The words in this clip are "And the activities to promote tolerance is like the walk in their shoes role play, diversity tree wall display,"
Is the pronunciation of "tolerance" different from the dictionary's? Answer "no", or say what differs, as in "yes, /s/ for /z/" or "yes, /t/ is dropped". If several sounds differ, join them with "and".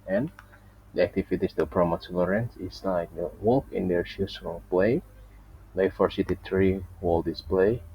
yes, /s/ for /t/